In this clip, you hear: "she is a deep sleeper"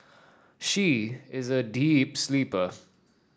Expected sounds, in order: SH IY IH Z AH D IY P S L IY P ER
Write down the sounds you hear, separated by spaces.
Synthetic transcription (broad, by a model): SH IY IH Z AH D IY P S L IY P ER